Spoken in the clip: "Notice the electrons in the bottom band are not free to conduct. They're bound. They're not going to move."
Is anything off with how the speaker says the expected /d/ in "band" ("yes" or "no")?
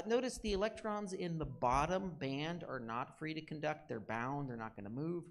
no